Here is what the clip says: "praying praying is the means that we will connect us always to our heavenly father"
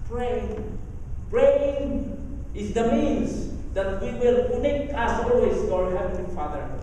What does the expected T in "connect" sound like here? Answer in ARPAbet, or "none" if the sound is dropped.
none